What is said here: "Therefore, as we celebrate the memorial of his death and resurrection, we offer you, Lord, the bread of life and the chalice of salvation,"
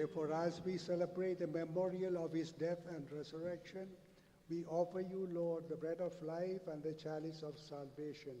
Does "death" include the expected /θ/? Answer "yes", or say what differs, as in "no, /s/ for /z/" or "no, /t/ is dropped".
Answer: no, /t/ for /θ/